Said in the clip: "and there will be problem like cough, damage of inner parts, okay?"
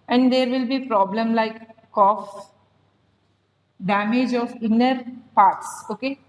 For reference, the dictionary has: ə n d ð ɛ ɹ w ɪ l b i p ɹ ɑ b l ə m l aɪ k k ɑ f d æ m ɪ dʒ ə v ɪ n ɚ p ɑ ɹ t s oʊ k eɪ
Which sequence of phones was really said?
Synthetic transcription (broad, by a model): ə n d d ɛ ɹ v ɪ l b i p ɹ ɑ b l ə m l aɪ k k ɑ f d æ m ɪ dʒ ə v ɪ n ɚ p ɑ ɹ t s oʊ k eɪ